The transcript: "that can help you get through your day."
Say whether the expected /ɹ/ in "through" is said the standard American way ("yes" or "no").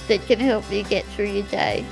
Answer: yes